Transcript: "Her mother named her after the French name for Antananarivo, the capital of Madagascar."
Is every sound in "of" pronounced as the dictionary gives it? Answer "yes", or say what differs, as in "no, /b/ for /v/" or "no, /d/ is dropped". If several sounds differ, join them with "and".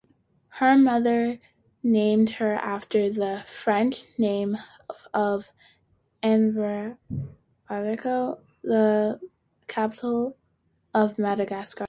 yes